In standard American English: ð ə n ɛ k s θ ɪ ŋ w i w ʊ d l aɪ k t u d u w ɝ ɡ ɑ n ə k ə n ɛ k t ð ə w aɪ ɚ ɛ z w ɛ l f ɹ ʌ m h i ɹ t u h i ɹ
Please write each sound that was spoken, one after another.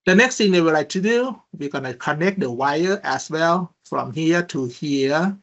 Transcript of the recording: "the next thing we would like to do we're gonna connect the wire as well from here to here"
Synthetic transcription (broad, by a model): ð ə n ɛ k s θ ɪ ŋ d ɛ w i l aɪ k t u d u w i ɡ ɑ n ə k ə n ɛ k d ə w aɪ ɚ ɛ s w ɛ l f ɹ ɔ m h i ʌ t u h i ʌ